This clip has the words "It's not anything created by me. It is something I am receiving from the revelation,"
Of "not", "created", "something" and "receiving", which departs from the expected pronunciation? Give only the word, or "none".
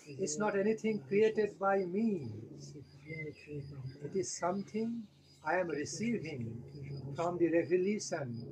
something